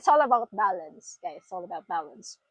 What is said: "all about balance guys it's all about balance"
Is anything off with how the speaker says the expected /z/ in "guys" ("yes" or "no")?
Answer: yes